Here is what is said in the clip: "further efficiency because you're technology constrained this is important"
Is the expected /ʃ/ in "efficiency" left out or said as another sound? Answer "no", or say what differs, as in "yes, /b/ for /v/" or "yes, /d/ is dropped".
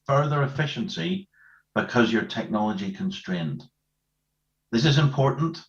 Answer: no